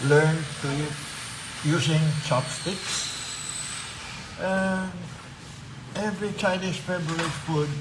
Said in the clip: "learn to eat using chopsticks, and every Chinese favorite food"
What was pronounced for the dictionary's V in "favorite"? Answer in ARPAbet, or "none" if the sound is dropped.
B